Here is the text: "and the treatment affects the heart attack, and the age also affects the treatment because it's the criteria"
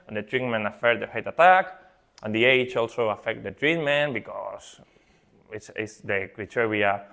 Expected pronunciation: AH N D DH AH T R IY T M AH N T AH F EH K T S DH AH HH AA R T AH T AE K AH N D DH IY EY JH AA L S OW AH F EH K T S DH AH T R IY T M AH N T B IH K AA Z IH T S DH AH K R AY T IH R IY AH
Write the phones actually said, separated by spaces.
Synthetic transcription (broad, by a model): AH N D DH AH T R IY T M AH N AH F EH T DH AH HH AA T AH T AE K AH N D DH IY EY CH AA L S OW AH F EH K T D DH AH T R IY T M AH N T B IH K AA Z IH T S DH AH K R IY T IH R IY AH